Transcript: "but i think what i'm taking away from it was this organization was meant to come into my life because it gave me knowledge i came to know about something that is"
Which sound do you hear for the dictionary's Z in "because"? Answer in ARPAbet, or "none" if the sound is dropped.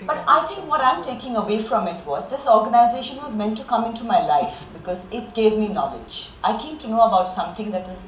Z